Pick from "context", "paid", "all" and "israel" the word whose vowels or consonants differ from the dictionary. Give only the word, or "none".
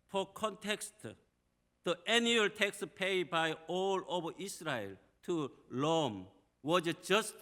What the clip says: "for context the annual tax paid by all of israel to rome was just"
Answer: israel